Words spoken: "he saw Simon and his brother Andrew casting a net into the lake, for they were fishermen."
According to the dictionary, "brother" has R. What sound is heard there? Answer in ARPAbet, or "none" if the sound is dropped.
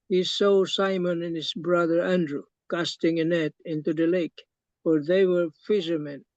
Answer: R